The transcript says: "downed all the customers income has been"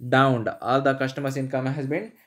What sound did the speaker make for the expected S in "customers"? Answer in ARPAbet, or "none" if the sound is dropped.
SH